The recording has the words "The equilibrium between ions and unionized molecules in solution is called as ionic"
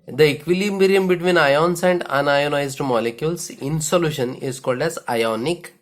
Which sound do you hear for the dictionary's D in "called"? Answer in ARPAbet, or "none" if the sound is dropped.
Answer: D